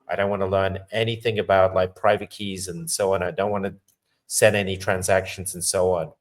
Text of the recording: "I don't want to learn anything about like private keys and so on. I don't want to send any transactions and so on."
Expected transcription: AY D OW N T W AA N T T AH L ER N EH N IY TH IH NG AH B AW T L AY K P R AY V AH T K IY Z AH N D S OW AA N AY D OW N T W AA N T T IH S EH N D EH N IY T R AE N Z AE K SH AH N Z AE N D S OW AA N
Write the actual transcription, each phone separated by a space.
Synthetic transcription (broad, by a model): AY D OW N T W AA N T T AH L ER N EH N IY TH IH NG AH B AW T L AY K P R AY V AH T K IY Z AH N S OW AA N AY D OW N T W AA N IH S EH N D EH N IY T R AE N Z AE K SH N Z N S OW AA N